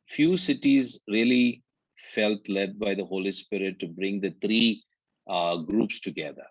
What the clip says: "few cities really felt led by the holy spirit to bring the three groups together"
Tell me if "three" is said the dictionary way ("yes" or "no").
no